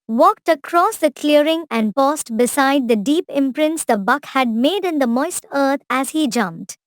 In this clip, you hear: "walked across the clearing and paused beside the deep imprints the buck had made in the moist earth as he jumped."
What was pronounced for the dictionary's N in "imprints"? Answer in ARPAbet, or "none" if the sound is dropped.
N